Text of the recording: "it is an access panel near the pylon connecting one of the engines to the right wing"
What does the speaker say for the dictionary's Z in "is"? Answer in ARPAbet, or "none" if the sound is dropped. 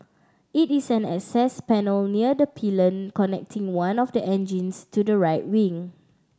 S